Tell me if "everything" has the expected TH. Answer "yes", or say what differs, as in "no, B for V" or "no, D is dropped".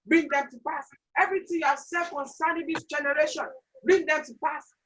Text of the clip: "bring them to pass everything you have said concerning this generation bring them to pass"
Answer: no, T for TH